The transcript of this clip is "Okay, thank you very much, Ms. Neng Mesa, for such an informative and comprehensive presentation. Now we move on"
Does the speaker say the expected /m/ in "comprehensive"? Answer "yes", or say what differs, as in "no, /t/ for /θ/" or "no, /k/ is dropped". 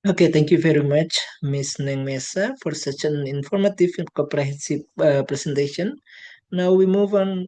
no, /m/ is dropped